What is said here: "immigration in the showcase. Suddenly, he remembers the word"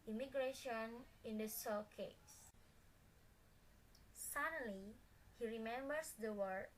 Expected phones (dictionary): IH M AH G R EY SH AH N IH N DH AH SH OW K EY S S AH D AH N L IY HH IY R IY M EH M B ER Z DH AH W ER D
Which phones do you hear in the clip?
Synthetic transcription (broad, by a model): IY M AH G R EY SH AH N IH N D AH S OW K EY S S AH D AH L IY HH IY R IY M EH M B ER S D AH W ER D